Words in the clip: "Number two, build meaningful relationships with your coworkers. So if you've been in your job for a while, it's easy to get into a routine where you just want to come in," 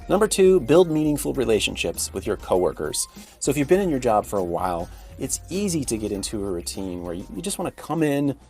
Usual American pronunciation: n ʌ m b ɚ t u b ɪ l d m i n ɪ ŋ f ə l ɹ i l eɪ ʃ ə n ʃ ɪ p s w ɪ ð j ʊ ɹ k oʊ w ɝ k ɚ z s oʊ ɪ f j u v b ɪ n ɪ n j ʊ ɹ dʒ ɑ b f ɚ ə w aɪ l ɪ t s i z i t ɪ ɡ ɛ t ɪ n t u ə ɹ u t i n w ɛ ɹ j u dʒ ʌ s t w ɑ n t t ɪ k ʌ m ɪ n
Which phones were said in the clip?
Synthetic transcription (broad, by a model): n ʌ m b ɚ t u b ɪ l d m i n ɪ ŋ f l ɹ i l eɪ ʃ ə n ʃ ɪ p s w ɪ ð j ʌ ɹ k oʊ w ɝ k ɚ z s oʊ ɪ f j u v b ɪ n ɪ n j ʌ ɹ dʒ ɑ b f ɚ ə w aɪ l ɪ t s i z i t ɪ ɡ ɛ t ɪ n t u ə ɹ u t i n w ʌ ɹ j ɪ dʒ ʌ s t w ɑ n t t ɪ k ʌ m ɪ n